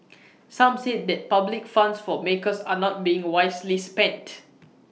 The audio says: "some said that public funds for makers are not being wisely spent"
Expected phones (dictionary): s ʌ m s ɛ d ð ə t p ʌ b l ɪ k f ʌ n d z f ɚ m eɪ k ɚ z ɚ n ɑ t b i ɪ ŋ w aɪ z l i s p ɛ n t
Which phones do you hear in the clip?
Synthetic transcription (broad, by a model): s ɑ m s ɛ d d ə t p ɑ b l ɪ k f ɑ n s f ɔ m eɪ k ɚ s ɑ n ɑ t b i ɪ ŋ w aɪ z l i s p ɛ n t